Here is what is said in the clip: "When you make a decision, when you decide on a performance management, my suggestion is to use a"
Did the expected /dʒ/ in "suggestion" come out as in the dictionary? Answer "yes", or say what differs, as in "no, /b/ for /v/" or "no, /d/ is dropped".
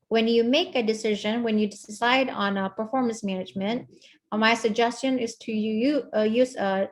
yes